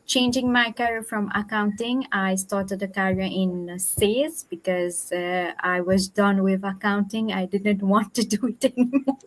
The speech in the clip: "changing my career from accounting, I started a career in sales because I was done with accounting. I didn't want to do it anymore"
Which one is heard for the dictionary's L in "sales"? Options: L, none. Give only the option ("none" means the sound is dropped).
none